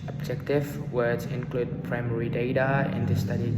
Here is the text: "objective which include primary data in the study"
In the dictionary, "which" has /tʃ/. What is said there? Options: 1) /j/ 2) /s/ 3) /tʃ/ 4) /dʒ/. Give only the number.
2